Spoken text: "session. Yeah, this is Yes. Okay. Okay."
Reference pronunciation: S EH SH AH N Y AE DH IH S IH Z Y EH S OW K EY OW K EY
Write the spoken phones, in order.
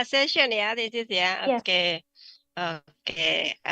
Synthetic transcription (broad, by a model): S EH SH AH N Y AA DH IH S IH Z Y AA OW K EY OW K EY